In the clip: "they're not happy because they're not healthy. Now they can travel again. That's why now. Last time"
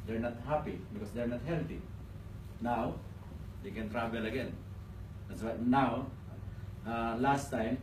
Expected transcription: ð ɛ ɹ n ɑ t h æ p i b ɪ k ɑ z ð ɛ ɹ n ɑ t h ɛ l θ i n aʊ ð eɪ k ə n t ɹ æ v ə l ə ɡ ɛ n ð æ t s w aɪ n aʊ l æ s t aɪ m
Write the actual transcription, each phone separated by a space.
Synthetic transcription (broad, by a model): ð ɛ ɹ n ɑ t h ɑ p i b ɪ k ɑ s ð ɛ ɹ n ɑ t h ɛ l t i n aʊ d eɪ k ə n t ɹ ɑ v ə l ə ɡ ɛ n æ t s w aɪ n aʊ l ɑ s t aɪ m